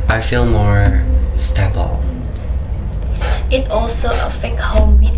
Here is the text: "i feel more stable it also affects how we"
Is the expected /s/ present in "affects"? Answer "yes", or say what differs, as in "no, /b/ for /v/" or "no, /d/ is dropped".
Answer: no, /s/ is dropped